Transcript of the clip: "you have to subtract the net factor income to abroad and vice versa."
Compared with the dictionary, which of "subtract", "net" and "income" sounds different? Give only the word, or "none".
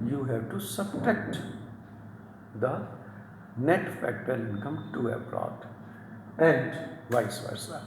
subtract